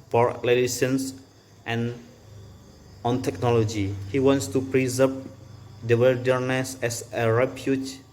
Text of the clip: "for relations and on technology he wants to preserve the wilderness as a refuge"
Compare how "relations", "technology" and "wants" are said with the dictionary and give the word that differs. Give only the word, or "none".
relations